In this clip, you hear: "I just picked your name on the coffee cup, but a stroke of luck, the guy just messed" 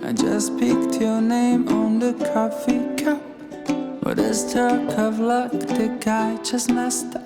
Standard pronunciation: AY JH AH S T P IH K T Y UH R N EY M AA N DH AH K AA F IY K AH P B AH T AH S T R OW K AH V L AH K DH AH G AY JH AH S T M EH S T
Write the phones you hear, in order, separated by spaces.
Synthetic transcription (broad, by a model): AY JH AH S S P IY K T Y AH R N EY M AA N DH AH K AA F IY K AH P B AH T AH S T OW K AH V L AH K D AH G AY CH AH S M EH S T